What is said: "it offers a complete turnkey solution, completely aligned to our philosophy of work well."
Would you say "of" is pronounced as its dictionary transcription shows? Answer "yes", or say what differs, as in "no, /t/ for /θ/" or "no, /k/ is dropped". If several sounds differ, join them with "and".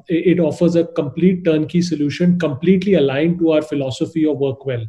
yes